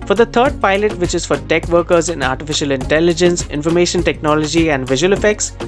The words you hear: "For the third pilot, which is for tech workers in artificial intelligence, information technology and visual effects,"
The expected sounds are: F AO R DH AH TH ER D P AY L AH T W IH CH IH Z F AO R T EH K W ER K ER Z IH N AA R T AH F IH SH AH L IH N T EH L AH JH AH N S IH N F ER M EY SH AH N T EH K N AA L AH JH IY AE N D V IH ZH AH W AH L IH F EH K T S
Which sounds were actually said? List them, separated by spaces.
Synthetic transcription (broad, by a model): F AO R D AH T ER D P AY L AH T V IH CH IH Z F AO R T EH K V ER K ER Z IH N AA R T AH F IH SH AH L IH N T EH L AH JH AH N S IH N F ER M EY SH AH N T EH K N AA L AH JH IY AE N D V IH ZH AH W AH L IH F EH K T S